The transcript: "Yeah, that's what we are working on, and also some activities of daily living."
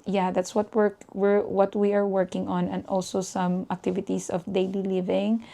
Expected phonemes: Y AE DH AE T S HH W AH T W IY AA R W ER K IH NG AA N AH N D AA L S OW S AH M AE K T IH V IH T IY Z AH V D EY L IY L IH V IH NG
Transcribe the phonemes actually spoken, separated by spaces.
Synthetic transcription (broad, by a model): Y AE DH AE T S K W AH T W IY AA R W ER K IH NG AA N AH N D AA L S OW S AH M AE K T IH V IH T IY S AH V D EY L IY L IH V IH NG